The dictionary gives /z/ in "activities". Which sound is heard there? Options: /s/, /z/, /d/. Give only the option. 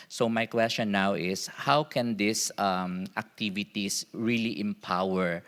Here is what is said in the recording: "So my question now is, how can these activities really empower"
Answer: /s/